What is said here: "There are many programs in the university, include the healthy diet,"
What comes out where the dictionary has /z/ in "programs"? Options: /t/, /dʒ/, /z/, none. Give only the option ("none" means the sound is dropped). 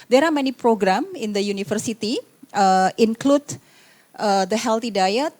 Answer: none